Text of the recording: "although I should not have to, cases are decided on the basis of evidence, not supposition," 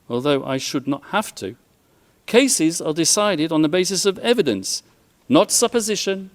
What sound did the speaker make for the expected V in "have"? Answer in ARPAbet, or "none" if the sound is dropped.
F